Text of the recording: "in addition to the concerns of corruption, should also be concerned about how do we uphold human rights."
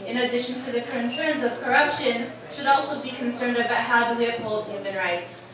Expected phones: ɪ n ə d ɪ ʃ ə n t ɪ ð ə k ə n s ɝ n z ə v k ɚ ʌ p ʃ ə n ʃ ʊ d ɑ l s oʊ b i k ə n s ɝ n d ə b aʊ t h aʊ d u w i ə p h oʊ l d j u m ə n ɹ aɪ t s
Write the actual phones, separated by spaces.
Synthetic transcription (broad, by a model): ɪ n ə d ɪ ʃ ə n t ɪ ð ə k ə n s ɝ n z ə v k ɚ ʌ p ʃ ə n ʃ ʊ d ɑ l s oʊ b i k ə n s ɝ n d ə b aʊ t h aʊ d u w i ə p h oʊ l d j u m ə n ɹ aɪ t s